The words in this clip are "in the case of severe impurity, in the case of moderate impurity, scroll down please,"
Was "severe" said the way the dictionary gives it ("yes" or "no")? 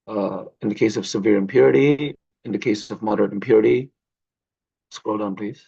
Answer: yes